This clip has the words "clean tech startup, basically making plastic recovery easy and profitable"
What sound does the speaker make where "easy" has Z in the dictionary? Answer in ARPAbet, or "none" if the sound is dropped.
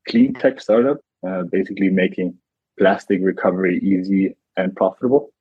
Z